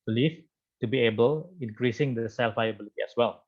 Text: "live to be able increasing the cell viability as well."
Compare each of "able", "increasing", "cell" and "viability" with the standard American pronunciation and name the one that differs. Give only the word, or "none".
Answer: viability